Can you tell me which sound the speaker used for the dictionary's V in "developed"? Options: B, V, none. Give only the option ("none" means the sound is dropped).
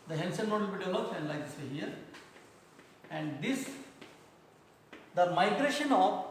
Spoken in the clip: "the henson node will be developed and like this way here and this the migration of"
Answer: none